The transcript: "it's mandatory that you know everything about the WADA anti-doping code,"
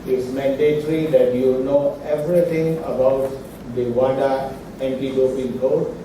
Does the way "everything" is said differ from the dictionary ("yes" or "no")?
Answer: yes